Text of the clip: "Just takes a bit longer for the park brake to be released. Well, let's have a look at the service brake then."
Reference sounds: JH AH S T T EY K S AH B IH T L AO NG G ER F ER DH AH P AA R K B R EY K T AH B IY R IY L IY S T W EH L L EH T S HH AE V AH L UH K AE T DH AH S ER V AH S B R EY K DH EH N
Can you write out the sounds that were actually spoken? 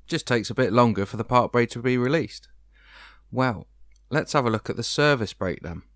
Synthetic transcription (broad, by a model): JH AH S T T EY K S AH B IH T L AO NG G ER F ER DH AH P AA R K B R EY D T AH B IY R IY L IY S T W EH L L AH T S HH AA V AH L UH K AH T DH AH S ER V AH S B R EY K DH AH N